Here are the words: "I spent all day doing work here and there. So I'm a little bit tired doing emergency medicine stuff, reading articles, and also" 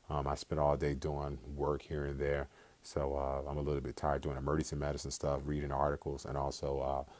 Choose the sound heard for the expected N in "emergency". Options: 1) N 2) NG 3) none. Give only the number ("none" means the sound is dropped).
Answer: 3